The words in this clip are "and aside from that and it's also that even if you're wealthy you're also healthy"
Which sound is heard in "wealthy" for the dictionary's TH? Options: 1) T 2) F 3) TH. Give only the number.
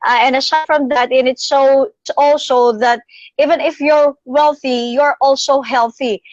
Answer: 3